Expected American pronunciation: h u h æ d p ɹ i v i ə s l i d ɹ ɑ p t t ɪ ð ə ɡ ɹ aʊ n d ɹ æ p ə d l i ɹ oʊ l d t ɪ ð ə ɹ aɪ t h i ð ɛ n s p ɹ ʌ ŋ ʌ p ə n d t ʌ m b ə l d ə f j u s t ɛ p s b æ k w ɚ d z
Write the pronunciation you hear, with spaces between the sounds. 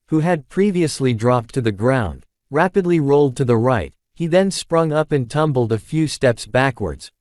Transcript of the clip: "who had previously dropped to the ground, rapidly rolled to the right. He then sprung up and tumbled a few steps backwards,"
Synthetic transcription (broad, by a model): h u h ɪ d p ɹ i v i ə s l i d ɹ ɑ p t t ɪ ð ə ɡ ɹ aʊ n d ɹ æ p ə d l i ɹ oʊ l d t ɪ ð ə ɹ aɪ t h i ð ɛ n s p ɹ ʌ ŋ ʌ p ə n t ʌ m b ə l d ə f j u s t ɛ p s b æ k w ɚ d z